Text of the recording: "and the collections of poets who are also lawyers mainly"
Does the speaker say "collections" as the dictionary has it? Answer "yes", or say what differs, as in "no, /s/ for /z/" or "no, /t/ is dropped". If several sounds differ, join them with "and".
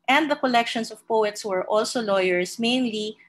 no, /s/ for /z/